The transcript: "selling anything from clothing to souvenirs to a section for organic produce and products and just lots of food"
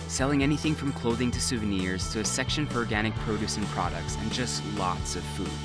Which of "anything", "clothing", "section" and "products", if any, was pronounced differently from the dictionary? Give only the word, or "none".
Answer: none